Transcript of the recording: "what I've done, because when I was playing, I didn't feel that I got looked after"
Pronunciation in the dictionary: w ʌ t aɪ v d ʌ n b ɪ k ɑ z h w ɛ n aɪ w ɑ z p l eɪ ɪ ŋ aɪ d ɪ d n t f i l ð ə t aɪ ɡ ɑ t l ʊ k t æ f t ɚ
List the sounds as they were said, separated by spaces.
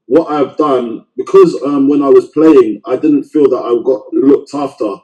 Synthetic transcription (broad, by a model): w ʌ t aɪ v d ʌ n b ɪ k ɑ z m w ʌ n aɪ w ɑ z p l eɪ ɪ ŋ aɪ d ɪ d n t f i l ð ə t aɪ ɡ ɑ t l ʊ k t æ f t ɚ